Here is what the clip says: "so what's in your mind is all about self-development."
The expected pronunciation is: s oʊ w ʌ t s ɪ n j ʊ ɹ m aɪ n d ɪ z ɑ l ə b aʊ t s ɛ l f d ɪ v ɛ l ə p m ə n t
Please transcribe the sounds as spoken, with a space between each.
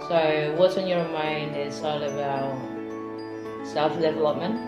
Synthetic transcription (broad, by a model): s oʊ w ʌ t s ɪ n j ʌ ɹ m aɪ n d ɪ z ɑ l ə b aʊ t s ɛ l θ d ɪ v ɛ l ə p m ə n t